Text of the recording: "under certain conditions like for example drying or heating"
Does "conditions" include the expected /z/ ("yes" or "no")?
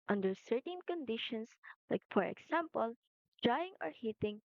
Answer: no